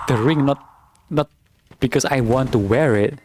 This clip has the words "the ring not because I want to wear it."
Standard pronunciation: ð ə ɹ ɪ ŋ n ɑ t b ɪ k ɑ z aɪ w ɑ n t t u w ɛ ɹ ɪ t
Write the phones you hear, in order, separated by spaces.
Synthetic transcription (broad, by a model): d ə ɹ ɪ ŋ n ɑ t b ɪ k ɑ s aɪ w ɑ n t t u w ɛ ɹ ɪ t